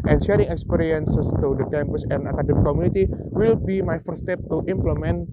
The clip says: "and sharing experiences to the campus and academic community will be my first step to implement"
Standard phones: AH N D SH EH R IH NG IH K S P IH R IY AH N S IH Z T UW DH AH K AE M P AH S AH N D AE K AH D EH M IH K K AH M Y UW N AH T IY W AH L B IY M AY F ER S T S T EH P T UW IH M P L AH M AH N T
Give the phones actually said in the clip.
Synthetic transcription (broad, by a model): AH N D SH EH R IH NG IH K S P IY R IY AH N S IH S T UW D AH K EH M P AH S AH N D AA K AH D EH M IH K K AH M Y UW N AH T IY W AH L B IY M AY F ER T S T EH P T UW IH M P L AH M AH N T